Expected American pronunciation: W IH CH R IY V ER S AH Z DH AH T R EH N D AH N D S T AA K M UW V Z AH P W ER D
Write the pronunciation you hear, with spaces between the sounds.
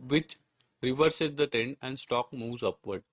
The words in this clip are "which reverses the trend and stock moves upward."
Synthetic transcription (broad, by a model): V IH CH R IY V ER S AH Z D AH T EH N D AH N D S T AA K M UW V Z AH P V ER D